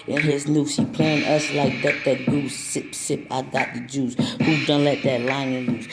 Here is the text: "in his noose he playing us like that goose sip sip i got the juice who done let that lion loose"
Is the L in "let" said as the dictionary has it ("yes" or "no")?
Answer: yes